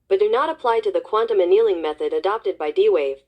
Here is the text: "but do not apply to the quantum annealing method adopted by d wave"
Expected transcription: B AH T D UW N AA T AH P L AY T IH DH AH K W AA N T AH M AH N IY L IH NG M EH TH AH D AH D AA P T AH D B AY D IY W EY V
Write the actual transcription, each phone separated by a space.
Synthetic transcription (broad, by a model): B AH T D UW N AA T AH P L AY T IH DH AH K W AA N T AH M AH N IY L IH NG M EH TH AH D AH D AA P T AH D B AY D IY W EY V